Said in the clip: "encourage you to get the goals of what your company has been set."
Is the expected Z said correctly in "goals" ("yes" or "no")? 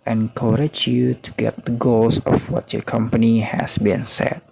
no